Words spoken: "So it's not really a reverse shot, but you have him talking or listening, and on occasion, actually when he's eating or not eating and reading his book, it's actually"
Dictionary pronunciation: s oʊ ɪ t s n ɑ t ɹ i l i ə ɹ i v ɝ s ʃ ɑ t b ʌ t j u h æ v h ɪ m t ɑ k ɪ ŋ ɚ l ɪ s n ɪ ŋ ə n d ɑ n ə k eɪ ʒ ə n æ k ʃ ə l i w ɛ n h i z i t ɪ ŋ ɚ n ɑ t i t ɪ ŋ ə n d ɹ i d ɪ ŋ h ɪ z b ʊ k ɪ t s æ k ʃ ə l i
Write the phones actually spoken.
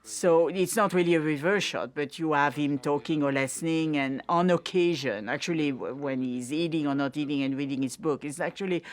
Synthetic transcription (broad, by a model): s oʊ ɪ t s n ɑ t ɹ i l i ə ɹ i v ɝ ʃ ɑ t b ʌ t j u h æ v h ɪ m t ɑ k ɪ ŋ ɚ l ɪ s n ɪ ŋ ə n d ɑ n ə k eɪ ʒ ə n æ k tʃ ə l i w ɛ n h i z i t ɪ ŋ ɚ n ɑ t i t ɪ ŋ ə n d ɹ i d ɪ ŋ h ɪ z b ʊ k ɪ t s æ k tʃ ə l i